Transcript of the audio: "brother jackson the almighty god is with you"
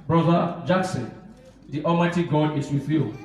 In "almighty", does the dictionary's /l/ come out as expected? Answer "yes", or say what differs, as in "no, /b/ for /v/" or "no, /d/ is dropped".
no, /l/ is dropped